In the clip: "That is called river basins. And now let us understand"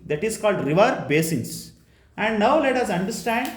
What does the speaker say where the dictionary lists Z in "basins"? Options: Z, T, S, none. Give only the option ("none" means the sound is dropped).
S